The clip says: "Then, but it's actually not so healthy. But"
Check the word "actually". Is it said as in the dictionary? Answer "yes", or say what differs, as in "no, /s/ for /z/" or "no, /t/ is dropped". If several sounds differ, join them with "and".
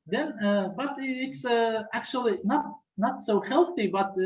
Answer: no, /n/ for /l/